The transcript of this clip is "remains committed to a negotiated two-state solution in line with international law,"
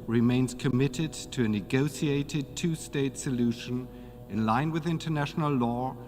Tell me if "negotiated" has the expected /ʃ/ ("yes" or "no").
no